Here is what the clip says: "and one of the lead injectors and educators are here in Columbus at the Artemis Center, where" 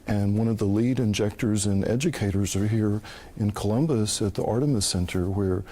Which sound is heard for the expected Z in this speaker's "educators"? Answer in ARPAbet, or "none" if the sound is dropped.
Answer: Z